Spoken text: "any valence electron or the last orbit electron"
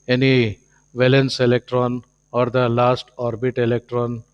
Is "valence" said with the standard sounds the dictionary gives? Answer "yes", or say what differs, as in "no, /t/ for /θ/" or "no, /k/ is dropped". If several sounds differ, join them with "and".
yes